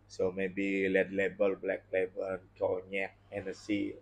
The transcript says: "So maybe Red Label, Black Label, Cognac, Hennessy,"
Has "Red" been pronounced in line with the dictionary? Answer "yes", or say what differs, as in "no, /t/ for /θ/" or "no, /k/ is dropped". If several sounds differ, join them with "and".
no, /l/ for /ɹ/